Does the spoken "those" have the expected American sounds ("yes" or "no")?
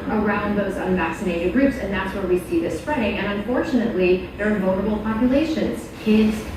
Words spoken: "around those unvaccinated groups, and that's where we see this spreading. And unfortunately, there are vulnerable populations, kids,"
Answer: yes